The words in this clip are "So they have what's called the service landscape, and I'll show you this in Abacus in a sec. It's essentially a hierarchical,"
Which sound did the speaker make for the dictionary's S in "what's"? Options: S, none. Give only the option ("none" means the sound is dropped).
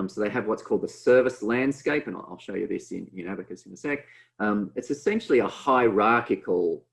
S